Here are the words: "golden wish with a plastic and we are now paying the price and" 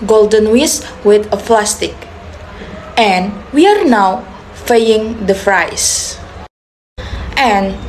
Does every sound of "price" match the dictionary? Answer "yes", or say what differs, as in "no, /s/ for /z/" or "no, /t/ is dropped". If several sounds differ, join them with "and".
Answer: no, /f/ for /p/